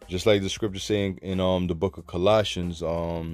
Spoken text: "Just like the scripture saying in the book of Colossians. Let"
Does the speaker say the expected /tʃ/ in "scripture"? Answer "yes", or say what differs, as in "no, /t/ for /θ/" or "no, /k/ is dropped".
yes